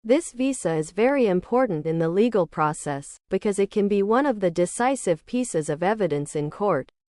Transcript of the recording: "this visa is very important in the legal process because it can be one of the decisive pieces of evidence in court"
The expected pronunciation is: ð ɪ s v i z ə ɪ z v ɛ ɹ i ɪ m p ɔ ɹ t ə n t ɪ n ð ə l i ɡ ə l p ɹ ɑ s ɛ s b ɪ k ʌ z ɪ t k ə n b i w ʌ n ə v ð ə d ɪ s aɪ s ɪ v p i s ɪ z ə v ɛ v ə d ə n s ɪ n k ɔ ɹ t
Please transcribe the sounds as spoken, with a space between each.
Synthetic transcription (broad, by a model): ð ɪ s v i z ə ɪ z v ɛ ɹ i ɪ m p ɔ ɹ t n t ɪ n ð ə l i ɡ l p ɹ ɑ s ɛ s b ɪ k ʌ z ɪ t k ə n b i w ʌ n ə v ð ə d ɪ s aɪ s ɪ v p i s ɪ z ə v ɛ v ə d ə n s ɪ n k ɔ ɹ t